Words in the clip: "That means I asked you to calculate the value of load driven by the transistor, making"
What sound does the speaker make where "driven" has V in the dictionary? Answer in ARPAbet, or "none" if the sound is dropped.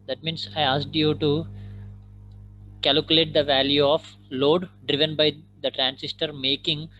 V